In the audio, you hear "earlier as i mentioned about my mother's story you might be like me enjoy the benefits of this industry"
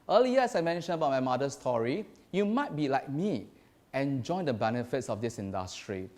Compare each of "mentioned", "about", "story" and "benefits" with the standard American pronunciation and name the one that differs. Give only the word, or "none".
mentioned